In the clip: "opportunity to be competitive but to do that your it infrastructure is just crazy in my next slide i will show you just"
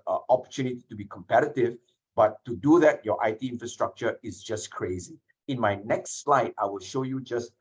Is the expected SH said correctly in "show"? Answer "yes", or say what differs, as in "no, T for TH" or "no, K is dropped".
yes